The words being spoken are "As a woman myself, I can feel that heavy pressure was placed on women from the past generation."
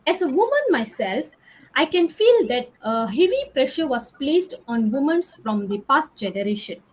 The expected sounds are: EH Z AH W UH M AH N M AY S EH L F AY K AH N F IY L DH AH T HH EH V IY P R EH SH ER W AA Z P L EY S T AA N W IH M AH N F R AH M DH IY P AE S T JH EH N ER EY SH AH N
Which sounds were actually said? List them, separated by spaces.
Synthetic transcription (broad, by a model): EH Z AH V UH M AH N M AY S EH L F AY K AH N F IY L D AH T HH EH V IY P R EH SH ER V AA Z P L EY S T AA N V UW M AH N F R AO M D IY P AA S T JH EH N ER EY SH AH N